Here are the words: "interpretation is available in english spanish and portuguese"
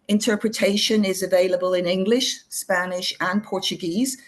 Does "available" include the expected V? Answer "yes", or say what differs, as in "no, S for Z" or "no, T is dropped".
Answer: yes